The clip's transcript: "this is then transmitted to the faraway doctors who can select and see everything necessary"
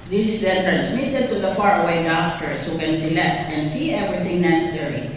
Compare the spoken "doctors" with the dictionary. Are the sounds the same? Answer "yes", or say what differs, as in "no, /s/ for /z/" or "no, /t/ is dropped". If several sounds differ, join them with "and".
no, /s/ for /z/